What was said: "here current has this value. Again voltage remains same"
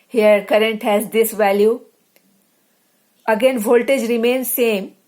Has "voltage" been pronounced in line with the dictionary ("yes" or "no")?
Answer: yes